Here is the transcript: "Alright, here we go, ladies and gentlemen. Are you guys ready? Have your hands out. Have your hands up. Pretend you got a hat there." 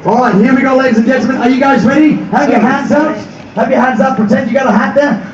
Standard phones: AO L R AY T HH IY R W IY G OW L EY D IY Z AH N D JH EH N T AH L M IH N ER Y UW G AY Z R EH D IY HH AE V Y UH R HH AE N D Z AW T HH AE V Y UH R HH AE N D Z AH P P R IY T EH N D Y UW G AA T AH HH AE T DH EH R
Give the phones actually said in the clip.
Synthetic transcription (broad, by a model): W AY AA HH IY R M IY G OW L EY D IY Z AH N JH EH N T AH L M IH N ER Y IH G AY Z R EH D IY HH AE P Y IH HH AE N D Z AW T HH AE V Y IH HH AE N D Z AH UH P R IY T EH N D Y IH G AA T AH HH AE T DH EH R